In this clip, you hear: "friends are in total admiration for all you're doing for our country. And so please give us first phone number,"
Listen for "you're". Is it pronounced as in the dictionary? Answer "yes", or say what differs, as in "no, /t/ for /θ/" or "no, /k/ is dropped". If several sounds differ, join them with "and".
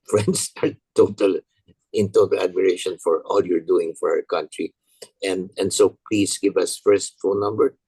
yes